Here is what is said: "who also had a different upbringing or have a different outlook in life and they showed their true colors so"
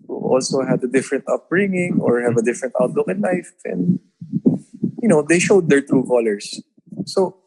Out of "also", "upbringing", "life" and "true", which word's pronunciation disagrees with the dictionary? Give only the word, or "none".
upbringing